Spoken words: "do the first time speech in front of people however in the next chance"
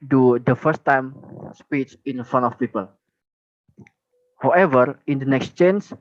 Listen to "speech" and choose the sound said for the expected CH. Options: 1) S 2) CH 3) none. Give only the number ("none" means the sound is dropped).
2